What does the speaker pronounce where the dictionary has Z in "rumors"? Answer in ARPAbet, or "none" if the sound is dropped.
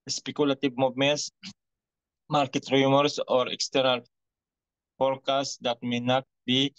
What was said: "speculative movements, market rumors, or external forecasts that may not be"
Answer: S